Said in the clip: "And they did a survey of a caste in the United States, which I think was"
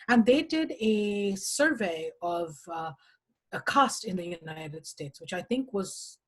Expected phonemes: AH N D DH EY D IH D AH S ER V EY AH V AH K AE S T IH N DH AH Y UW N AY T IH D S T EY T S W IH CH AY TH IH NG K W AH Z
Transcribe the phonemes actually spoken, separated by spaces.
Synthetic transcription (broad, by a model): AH N DH EY D IH D AH S ER V EY AH V AH K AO S T IH N DH AH Y UW N AY T IH D S T EY T S W IH CH AY TH IH NG K W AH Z